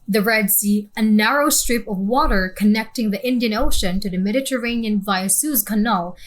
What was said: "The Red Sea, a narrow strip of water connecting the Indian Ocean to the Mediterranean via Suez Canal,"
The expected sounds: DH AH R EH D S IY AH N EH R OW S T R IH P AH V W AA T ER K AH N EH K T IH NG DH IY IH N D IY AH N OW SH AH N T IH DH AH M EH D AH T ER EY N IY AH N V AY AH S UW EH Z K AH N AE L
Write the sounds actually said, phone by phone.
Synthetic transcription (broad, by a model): DH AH R EH D S IY AH N EH R OW S T R IH P AH V W AA T ER K AH N EH K T IH NG DH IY IH N D IY AH N OW SH AH N T IH DH AH M EH D AH T ER EY N IY AH N V AY AH S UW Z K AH N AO L